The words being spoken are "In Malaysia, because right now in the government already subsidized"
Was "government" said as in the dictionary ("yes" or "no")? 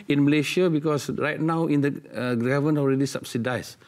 no